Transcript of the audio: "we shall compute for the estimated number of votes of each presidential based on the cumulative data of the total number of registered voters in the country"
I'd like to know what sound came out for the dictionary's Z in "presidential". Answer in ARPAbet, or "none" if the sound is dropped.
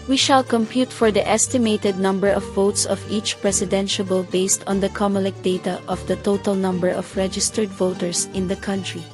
S